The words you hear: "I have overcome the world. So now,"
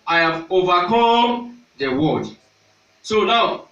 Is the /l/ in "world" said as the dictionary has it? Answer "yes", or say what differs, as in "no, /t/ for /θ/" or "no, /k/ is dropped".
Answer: no, /l/ is dropped